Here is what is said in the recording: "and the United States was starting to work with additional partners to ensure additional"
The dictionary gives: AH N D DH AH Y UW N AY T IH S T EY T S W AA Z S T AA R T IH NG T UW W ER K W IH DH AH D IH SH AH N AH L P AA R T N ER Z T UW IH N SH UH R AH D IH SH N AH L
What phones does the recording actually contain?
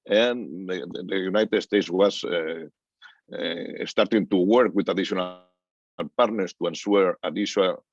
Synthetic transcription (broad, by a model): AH N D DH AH Y UW N AY T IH S T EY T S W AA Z S T AA R T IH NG T UW W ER K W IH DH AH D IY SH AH N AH L P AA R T N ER S T UW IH N S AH R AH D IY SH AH